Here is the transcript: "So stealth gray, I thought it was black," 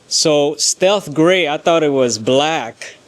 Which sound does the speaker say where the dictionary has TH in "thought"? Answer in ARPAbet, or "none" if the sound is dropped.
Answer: TH